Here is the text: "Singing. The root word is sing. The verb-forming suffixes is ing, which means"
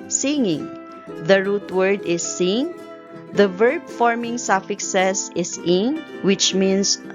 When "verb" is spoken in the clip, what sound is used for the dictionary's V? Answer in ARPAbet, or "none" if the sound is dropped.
V